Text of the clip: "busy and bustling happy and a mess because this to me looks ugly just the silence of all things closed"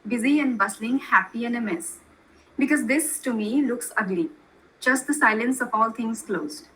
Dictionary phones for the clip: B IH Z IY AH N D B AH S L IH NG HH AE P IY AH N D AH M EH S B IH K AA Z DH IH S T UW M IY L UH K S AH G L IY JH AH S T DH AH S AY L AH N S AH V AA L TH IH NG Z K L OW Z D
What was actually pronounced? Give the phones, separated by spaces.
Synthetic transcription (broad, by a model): B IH Z IY AH N D B AH S L IH NG HH AE P IY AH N AH M EH S B IH K AA Z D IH S T UW M IY L UH K S AH G L IY JH AH S T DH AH S AY L AH N S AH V AA L T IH NG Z K L OW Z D